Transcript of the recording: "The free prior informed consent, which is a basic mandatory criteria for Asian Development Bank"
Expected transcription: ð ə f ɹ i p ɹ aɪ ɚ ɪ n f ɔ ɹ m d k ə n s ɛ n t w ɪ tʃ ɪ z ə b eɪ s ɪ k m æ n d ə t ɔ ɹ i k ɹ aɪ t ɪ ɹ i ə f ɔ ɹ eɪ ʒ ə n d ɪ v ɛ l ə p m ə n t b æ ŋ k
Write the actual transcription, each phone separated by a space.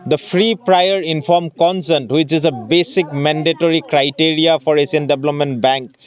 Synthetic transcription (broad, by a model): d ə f ɹ i p ɹ aɪ ɚ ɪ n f ɔ ɹ m k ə n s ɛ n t w ɪ tʃ ɪ z ə b eɪ s ɪ k m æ n d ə t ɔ ɹ i k ɹ aɪ t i ɹ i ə f ɔ ɹ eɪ s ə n d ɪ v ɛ l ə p m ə n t b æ ŋ k